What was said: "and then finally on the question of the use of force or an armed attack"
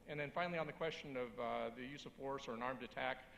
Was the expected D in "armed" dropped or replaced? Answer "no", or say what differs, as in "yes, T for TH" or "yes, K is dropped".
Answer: no